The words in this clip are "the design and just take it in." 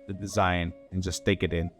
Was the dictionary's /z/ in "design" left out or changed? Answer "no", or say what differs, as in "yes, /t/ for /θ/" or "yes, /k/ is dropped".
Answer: no